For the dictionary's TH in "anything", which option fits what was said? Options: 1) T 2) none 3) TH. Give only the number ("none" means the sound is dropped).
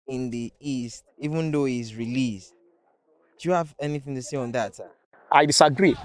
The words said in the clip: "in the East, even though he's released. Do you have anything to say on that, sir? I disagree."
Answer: 3